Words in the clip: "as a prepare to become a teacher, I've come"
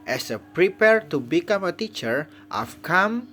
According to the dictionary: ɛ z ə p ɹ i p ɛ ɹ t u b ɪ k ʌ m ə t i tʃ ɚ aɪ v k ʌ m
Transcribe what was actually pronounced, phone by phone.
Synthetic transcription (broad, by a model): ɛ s ə p ɹ i p ɛ ɹ t u b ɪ k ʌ m ə t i tʃ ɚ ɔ f k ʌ m